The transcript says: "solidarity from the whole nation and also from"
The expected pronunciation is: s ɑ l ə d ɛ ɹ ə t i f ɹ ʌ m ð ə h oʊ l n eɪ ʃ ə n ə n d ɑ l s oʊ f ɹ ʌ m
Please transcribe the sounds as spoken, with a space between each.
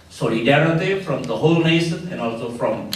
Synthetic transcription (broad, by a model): s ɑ l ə d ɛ ɹ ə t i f ɹ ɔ m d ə h oʊ l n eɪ ə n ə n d ɑ l s oʊ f ɹ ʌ m